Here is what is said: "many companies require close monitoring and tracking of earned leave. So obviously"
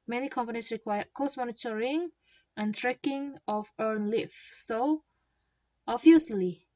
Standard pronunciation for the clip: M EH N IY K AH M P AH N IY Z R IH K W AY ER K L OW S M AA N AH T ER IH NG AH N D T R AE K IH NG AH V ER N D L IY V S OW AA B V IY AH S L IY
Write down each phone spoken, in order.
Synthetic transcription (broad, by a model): M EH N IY K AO M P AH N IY S R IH K W AY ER K OW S M AA N AH T ER IH NG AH N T R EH K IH NG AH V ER N L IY F S OW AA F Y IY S L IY